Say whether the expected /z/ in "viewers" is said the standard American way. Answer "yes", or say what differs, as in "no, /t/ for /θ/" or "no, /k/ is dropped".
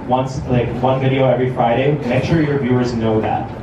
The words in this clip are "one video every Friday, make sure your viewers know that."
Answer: yes